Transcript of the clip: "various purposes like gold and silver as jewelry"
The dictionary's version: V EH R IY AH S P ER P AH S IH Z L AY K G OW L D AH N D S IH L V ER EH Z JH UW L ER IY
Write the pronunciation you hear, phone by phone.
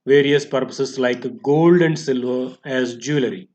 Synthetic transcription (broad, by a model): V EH R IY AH S P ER P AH S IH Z L AY K G OW L D AH N D S IH L V ER EH Z JH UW L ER IY